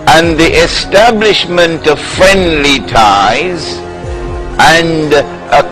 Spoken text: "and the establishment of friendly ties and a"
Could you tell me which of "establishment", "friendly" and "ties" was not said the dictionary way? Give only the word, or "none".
none